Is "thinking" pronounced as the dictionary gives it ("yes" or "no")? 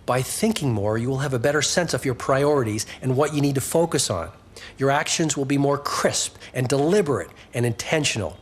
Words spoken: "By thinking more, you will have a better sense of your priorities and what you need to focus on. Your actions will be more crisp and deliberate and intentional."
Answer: yes